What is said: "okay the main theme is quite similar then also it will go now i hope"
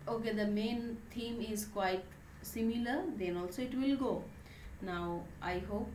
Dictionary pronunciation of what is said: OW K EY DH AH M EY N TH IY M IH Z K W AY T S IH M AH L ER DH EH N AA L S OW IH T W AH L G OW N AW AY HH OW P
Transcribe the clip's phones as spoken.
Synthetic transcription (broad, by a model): OW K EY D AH M EY N T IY M IH Z K W AY T S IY M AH L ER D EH N AA L S OW IH T W AH L G OW N AW AY HH OW P